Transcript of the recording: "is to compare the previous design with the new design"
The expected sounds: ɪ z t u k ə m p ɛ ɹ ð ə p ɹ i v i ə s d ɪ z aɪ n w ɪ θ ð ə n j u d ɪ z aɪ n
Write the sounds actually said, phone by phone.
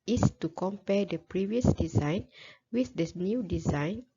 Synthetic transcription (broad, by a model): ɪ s t u k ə m p ɛ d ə p ɹ i v i ə s d ɪ z aɪ n w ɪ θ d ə n j u d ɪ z aɪ n